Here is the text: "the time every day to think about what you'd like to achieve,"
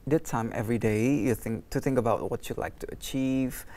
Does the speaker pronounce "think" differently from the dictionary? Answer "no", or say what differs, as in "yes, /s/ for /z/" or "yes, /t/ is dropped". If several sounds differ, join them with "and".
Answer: no